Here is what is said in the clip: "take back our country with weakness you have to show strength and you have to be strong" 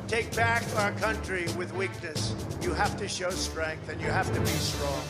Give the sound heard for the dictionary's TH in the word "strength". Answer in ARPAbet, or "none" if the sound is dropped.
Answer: TH